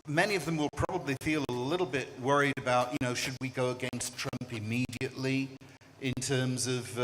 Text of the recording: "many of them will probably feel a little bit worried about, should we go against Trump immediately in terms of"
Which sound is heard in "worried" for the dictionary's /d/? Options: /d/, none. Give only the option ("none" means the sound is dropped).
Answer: /d/